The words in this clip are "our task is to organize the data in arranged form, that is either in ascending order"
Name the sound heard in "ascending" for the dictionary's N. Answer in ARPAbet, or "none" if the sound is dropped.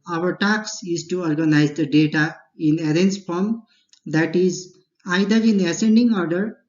N